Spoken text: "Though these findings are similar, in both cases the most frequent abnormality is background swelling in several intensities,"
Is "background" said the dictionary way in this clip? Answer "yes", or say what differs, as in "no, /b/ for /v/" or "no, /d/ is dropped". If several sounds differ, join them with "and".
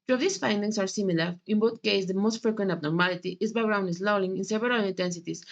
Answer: no, /k/ is dropped